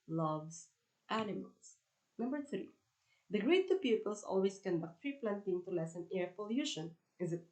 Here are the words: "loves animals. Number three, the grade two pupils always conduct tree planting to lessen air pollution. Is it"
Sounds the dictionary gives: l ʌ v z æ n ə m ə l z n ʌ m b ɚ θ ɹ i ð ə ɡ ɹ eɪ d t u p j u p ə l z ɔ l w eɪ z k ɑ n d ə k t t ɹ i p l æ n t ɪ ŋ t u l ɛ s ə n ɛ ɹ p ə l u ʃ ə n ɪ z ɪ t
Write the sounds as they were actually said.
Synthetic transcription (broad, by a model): l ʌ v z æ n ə m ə l s n ʌ m b ɚ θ ɹ i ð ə ɡ ɹ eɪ t u p j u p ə l s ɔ l w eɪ s k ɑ n d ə k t t ɹ i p l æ n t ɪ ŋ t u l ɛ s ə n ɛ ɹ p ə l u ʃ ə n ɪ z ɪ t